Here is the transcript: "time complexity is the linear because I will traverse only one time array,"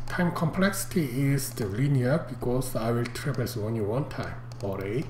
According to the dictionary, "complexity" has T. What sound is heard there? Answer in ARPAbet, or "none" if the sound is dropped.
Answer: T